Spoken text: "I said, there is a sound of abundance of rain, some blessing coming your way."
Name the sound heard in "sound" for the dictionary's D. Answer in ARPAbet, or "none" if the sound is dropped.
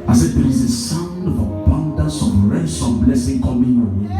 D